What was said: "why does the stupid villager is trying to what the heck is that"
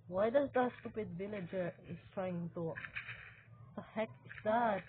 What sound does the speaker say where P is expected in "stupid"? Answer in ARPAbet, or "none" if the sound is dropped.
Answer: P